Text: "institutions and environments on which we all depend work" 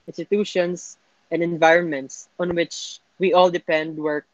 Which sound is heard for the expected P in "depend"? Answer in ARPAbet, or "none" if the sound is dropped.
P